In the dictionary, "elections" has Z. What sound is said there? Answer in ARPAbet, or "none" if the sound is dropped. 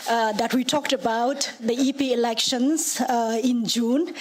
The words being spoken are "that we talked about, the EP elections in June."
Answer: S